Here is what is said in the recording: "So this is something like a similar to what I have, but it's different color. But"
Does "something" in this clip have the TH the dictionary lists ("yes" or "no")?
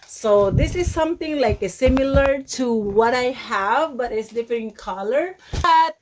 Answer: no